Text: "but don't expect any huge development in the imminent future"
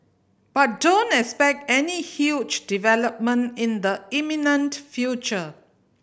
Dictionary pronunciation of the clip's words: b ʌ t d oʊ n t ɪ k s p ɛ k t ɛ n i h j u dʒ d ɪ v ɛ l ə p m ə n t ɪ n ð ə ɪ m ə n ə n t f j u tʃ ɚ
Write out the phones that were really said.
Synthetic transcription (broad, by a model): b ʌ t d oʊ n t ɪ k s p ɛ k t ɛ n i h j u dʒ d ɪ v ɛ l ə p m ə n t ɪ n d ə ɪ m ə n ə n t f j u tʃ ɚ